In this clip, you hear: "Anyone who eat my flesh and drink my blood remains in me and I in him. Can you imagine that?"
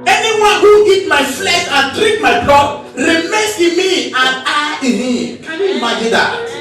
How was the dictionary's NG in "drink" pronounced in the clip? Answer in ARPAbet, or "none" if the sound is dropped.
none